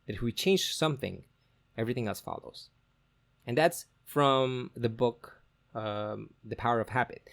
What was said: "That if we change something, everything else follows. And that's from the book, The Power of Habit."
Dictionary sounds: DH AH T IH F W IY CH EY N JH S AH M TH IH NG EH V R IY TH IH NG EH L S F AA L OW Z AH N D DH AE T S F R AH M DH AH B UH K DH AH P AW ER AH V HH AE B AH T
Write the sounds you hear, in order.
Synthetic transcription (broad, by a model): DH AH T IH F W IY CH EY N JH S AH M TH IH NG EH V R IY TH IH NG EH L S F AA L OW Z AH N DH AE T S F R AH M DH AH B UH K DH AH P AW ER AH V HH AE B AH T